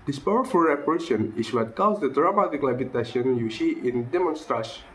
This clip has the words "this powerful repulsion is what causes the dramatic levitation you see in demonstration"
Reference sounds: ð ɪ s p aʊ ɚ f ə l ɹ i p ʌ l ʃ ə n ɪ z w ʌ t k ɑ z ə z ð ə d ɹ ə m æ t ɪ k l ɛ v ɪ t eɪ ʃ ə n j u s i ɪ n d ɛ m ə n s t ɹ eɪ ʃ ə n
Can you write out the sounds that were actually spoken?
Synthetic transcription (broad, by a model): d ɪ s p aʊ ɚ f ə l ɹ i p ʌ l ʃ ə n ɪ s w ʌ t k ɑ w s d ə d ɹ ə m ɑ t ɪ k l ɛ b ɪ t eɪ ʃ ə n j u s i ɪ n d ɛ m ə n s t ɹ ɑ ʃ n